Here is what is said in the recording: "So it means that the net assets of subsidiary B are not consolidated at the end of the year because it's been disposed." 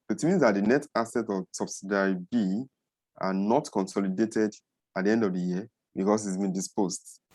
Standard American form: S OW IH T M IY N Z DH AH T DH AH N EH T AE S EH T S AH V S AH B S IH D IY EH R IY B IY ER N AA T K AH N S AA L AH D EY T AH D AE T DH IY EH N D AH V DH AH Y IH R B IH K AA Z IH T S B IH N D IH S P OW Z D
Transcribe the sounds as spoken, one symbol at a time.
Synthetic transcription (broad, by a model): IH T M IY N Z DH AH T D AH N EH T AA S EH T AH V S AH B S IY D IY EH R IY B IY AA N AA T K AH N S AA L AH D EY T AH D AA T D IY EH N D AH V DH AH Y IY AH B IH K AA S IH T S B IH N D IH S P OW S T